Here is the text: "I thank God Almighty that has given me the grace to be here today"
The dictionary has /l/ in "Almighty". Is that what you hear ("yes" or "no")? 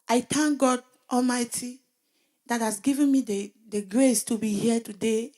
yes